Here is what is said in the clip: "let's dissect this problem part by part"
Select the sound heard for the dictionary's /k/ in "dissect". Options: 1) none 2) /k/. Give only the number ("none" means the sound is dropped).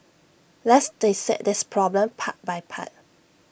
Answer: 1